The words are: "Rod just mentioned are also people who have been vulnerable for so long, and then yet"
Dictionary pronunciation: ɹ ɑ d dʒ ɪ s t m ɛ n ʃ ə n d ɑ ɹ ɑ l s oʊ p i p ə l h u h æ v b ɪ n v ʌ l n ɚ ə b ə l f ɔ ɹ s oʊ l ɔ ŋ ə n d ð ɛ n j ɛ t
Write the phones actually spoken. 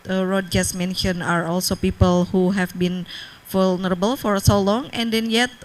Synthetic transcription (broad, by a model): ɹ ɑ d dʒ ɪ s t m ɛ n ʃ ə n ɑ ɹ ɑ l s oʊ p i p ə l h u h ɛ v b ɪ n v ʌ l n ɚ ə b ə l f ɔ ɹ s oʊ l ɔ ŋ ə n d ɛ n j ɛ t